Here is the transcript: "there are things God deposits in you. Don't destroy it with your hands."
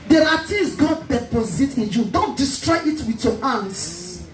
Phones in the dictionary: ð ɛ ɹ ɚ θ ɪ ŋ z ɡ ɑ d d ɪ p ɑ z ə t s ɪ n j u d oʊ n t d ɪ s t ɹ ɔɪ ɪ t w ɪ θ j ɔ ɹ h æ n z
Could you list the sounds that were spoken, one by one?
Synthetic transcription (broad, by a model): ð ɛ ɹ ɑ t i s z ɡ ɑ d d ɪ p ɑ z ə t ɪ n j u d oʊ n t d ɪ s t ɹ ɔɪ ɪ t w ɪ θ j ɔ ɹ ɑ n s